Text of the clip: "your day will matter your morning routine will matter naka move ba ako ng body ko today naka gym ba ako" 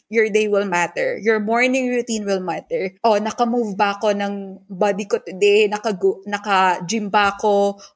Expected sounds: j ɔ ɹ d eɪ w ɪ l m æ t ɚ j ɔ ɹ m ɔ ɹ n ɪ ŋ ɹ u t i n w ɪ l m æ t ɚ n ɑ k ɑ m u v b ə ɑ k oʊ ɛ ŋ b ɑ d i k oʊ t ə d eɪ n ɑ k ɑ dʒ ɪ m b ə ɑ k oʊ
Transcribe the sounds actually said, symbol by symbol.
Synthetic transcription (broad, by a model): j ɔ ɹ d eɪ w ɪ l m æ t ɚ j ɔ ɹ m ɔ ɹ n ɪ ŋ ɹ u t i n w ɪ l m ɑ t ɚ n ɑ k ɑ m u v b ə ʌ k oʊ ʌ ŋ b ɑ d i k oʊ t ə d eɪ n ɑ k ɑ dʒ ɪ m b ə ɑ k oʊ